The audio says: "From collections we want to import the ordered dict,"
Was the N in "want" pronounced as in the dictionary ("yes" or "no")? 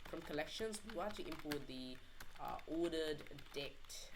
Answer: no